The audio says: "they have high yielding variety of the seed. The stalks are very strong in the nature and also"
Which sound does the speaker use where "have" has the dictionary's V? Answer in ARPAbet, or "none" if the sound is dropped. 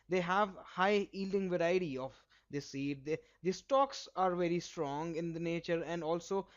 V